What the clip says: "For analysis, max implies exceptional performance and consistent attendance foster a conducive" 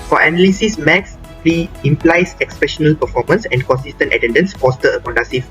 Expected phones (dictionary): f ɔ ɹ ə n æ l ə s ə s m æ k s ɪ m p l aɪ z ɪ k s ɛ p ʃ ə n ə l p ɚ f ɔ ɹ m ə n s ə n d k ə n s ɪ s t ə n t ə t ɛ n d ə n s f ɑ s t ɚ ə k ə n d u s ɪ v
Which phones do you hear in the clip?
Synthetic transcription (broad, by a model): f ɔ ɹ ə n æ l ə s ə s m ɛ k s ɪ m p l aɪ s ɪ k s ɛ ʃ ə n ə l p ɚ f ɔ m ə n s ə n k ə n s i s t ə n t ə t ɛ n d ə n s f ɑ s t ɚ ə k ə n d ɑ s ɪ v